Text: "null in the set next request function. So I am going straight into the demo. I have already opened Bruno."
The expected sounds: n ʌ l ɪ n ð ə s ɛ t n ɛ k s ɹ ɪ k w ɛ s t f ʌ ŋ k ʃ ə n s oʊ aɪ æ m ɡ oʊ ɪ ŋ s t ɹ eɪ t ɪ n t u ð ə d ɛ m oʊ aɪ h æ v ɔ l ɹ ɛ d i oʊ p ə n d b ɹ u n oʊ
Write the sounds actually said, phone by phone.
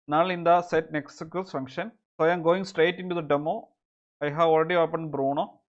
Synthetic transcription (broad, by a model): n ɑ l ɪ n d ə s ɛ t n ɛ k s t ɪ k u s f ʌ ŋ k ʃ ə n s oʊ aɪ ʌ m ɡ oʊ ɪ ŋ s t ɹ eɪ t ɪ n t u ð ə d ɛ m oʊ aɪ h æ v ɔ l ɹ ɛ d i oʊ p ə n d b ɹ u n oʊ